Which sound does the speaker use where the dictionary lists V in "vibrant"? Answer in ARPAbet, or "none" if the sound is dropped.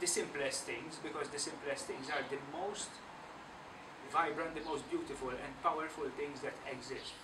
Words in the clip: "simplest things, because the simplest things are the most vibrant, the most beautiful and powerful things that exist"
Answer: V